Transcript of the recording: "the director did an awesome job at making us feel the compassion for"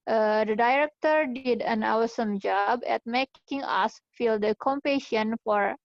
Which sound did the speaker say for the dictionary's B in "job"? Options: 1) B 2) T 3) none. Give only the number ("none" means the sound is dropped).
1